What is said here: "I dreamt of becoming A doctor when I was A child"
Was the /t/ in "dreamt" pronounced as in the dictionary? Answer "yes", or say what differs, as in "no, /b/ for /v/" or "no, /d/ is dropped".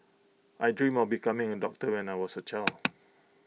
no, /t/ is dropped